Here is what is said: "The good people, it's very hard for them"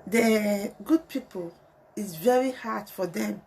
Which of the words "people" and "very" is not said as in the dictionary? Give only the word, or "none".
none